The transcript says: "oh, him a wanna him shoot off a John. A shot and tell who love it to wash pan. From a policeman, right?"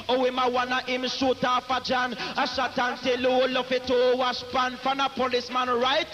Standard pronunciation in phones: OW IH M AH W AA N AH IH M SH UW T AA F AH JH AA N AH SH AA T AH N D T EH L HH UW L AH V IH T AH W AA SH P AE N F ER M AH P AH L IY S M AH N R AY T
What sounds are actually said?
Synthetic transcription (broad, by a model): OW IH M AH W AA N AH IH M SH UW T AA F AH JH AA N AH SH AA T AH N T EH L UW L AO F IH T AH W AA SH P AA N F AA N AH P AH L IY S M AH N R AY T